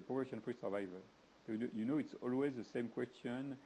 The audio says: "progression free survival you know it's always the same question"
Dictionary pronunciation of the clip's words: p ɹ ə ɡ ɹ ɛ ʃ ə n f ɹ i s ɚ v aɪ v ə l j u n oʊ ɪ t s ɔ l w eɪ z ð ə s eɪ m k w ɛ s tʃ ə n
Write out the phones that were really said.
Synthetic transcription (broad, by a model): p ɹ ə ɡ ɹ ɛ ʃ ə n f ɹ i s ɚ v aɪ v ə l j u n oʊ ɪ t s ɔ l w eɪ z ð ə s eɪ m k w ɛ s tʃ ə n